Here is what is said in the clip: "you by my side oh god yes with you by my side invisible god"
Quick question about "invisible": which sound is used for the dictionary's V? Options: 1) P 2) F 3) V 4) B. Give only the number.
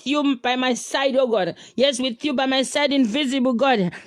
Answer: 3